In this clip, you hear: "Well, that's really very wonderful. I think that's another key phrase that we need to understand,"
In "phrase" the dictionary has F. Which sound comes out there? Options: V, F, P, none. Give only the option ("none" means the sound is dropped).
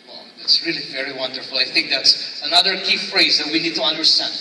F